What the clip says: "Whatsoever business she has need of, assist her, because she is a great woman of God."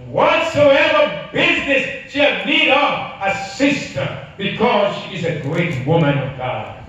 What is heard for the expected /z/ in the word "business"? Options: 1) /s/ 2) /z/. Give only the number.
2